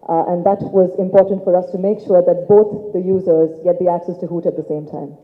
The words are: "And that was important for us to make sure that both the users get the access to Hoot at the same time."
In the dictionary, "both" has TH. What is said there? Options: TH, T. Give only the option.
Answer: T